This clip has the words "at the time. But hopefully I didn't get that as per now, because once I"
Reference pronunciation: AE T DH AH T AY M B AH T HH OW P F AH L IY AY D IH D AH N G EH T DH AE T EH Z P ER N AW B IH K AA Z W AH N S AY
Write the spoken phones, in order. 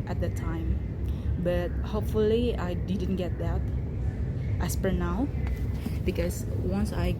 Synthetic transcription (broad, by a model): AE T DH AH T AY M B AH T HH OW P F AH L IY AY D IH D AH N G EH T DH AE T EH S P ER N AW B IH K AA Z W AH N S AY